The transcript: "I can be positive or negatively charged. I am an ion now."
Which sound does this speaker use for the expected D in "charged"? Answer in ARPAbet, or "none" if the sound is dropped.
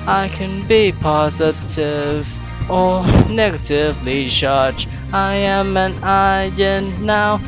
none